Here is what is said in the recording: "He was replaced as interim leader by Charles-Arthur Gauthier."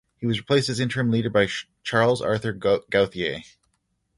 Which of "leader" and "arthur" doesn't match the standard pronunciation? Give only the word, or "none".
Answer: none